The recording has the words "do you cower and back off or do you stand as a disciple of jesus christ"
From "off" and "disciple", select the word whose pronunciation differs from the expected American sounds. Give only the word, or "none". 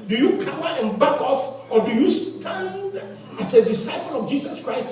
none